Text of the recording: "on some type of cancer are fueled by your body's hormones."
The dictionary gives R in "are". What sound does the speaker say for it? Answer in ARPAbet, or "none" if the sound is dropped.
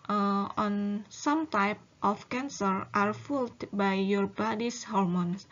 R